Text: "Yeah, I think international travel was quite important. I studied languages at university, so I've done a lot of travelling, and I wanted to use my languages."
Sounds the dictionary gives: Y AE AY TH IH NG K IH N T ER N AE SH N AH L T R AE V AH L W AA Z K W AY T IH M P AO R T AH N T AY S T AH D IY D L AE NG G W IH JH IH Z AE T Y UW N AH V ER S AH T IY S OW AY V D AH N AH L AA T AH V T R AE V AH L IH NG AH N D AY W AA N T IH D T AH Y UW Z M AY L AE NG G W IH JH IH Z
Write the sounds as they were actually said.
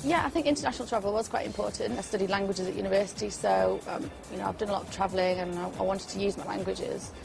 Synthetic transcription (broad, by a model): Y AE AY TH IH NG K IH N T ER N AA SH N L T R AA V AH L W AA Z K W AY T IH M P AO T N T AY S T AH D IY D L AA NG G W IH JH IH Z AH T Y UW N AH V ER S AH T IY S OW AY V D AH N AH L AA T AH V T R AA V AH L IH NG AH N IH AY W AA N T IH D T AH Y UW Z M AY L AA NG G W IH JH IH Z